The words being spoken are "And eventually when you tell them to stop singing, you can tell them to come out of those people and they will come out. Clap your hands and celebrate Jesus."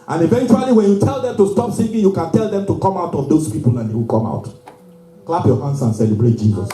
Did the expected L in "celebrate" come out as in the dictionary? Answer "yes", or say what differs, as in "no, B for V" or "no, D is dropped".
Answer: yes